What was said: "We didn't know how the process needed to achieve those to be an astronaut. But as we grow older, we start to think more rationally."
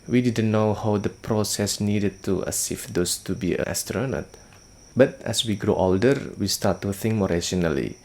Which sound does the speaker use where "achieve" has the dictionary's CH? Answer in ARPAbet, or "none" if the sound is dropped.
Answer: S